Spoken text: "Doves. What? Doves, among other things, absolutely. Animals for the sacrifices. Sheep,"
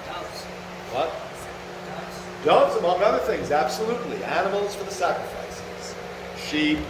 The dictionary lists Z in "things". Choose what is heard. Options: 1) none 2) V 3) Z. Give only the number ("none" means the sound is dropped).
3